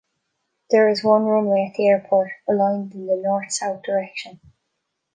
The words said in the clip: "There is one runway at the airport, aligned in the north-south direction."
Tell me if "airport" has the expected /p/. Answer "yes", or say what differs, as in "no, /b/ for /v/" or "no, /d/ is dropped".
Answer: yes